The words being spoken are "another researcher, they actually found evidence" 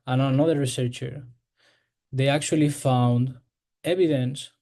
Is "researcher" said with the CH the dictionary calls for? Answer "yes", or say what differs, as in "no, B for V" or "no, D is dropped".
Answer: yes